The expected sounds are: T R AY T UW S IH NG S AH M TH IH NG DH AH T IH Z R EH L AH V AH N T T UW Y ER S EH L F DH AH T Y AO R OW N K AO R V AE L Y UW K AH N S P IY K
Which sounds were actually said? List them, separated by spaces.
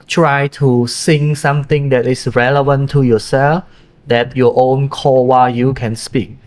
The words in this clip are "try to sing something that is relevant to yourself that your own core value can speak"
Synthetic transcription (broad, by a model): T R AY T UW S IH NG S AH M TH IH NG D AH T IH S R EH L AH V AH N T T UW Y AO S EH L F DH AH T Y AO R OW N K AO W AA Y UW K AH N S P IY K